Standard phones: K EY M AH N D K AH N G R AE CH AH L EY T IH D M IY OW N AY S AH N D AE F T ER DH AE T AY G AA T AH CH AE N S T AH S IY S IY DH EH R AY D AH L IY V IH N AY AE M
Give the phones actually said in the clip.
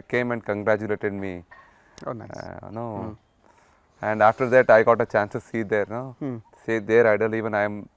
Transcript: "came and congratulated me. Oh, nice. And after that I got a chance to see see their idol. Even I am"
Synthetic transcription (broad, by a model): K EY M AH N D K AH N G R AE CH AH L EY T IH D M IY OW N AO AH N D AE F T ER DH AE T AY G AA T AH CH AE N S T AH S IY S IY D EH R AY D AH L IY V IH N AY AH M